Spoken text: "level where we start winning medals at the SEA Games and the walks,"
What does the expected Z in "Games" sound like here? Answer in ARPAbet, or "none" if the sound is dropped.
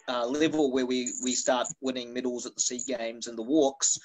Z